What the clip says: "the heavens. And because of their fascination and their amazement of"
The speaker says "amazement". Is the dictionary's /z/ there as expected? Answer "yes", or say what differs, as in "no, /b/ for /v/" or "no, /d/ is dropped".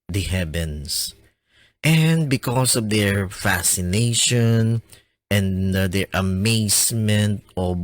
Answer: no, /s/ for /z/